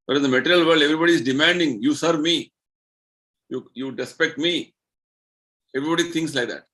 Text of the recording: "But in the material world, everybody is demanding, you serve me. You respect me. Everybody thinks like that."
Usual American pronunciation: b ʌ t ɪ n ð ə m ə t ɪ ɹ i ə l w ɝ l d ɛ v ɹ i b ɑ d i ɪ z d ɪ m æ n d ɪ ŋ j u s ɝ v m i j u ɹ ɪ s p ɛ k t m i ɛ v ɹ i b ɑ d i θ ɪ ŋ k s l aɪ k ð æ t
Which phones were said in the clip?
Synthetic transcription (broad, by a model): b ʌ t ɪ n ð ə m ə t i ɹ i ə l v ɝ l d ɛ v ɹ i b ɑ d i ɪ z d ɪ m æ n d ɪ ŋ j u s ɝ v m i j u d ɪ s p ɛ k t m i ɛ v ɹ i b ɑ d i t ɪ ŋ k s l aɪ k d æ t